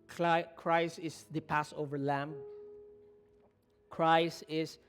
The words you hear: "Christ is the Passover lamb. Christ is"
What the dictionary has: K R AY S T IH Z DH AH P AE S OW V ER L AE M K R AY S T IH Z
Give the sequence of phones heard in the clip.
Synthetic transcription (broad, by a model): K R AY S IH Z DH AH P AE S OW V ER L AE M K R AY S IH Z